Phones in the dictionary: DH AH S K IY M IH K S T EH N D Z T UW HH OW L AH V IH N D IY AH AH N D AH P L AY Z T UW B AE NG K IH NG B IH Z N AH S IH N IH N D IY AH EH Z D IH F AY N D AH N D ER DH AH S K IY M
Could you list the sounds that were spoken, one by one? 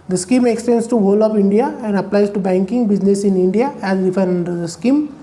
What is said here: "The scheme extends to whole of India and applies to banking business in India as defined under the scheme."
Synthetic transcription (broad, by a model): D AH S K IY M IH K S T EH N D S T UW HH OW L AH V IH N D IY AH AH N D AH P L AY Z T UW B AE NG K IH NG B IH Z N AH S IH N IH N D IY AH EH Z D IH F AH D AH N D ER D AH S K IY M